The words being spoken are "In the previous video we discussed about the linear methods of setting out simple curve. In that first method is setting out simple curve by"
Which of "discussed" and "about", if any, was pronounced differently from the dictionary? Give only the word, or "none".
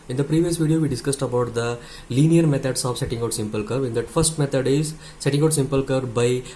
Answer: none